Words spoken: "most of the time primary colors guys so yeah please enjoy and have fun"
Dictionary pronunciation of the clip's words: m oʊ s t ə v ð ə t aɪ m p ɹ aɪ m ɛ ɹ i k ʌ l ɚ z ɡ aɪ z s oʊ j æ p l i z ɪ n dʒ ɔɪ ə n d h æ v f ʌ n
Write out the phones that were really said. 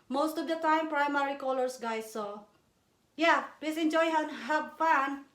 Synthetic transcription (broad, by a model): m oʊ s t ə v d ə t aɪ m p ɹ aɪ m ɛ ɹ i k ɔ l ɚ s ɡ aɪ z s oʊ j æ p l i s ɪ n dʒ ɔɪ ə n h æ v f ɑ n